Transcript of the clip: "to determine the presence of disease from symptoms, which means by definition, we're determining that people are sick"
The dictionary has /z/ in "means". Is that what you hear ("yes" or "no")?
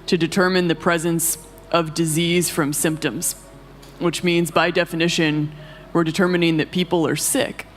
yes